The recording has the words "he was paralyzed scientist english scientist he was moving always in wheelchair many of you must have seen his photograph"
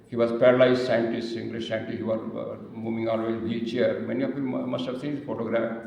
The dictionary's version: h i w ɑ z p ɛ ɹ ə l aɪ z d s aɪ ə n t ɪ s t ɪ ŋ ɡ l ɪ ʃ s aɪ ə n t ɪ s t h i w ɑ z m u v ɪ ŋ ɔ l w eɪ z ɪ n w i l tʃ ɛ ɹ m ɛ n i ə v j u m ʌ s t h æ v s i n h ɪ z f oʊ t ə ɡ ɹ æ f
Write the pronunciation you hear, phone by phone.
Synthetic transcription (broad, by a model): h i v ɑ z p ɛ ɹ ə l aɪ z s aɪ ə n t ɪ s t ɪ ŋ ɡ l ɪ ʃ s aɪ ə n t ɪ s h i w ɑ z m u v ɪ ŋ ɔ l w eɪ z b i tʃ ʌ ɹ m ɛ n i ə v j u m ʌ s t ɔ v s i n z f oʊ t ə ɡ ɹ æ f